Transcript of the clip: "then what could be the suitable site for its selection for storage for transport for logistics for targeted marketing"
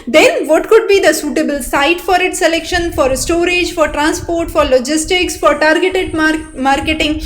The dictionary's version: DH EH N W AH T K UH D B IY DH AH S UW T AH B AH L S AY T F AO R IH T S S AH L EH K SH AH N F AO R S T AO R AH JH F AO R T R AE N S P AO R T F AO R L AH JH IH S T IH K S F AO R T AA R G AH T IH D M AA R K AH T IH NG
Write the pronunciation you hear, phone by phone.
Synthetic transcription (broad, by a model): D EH N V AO T K UH D B IY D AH S UW T AH B AH L S AY T F AO R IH T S S AH L EH K SH AH N F AO R S T AO R AH JH F AO R T R AE N S P AO R T F AO R L AH JH IH S T IH K S F AO R T AA R G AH T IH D M AA R K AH T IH NG